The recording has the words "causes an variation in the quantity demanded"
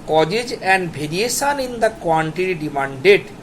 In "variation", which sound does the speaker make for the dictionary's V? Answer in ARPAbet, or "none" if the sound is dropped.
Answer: B